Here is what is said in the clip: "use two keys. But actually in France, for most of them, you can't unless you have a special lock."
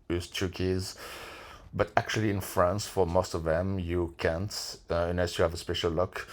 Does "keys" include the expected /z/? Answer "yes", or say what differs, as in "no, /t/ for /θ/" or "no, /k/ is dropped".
yes